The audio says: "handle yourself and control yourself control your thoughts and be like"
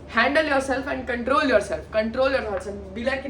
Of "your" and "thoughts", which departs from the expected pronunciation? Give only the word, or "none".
thoughts